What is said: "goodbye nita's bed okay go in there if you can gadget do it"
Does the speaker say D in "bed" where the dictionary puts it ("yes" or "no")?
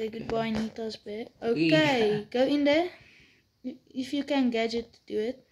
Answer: no